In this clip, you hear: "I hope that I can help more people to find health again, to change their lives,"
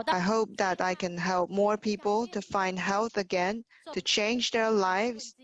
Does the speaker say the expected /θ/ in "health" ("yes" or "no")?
yes